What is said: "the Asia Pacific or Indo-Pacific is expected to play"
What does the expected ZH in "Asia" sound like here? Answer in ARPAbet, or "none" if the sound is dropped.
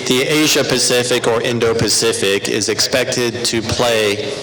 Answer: ZH